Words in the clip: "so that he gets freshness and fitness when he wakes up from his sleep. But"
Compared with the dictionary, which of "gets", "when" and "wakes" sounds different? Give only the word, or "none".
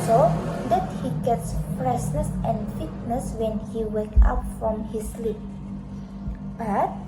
wakes